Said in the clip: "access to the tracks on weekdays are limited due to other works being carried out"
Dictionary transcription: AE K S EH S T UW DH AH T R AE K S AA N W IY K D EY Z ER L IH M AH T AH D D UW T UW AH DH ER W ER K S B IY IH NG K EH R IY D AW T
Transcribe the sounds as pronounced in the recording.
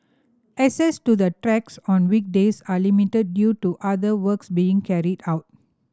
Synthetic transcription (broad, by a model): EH S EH S T UW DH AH T R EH K S AA N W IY K D EY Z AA L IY M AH T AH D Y UW T UW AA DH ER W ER K S B IY IH NG K EH R IY D AW T